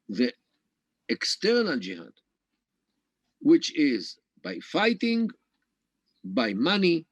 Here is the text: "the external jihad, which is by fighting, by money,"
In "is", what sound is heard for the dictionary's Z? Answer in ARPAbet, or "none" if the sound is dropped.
Z